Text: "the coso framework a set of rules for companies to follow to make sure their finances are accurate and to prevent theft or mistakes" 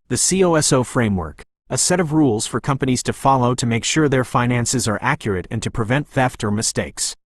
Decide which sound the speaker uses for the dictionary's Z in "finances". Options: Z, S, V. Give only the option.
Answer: Z